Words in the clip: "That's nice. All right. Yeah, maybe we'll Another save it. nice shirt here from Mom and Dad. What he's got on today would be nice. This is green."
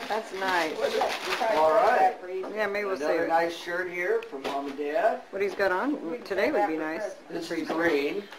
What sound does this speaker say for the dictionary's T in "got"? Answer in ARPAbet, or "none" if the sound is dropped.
T